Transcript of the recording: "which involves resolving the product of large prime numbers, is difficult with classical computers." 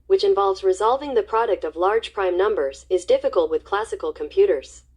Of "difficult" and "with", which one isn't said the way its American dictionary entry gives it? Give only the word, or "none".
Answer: none